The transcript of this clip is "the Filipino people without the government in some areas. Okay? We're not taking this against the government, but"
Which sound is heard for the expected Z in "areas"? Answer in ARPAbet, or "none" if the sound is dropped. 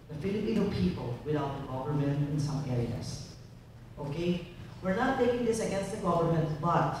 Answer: S